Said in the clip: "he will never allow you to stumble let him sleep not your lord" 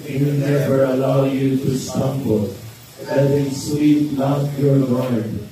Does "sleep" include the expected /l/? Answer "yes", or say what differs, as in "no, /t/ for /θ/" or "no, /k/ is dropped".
no, /w/ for /l/